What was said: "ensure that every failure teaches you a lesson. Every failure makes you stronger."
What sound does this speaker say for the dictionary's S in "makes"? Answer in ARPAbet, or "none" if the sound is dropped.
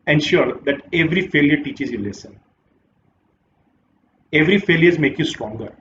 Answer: none